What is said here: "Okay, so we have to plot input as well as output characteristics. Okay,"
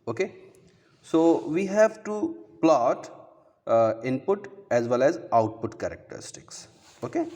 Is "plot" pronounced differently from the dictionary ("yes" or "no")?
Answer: no